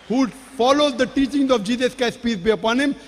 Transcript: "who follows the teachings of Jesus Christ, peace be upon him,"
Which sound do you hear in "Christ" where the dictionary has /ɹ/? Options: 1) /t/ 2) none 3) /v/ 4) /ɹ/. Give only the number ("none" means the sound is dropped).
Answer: 2